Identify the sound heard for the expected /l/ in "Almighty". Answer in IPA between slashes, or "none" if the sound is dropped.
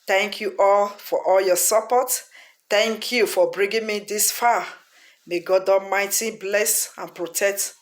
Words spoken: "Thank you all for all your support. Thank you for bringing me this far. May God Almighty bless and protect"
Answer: none